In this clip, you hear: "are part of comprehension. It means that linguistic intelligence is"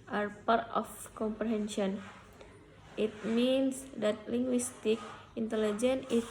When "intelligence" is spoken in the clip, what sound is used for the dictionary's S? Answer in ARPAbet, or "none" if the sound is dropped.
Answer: none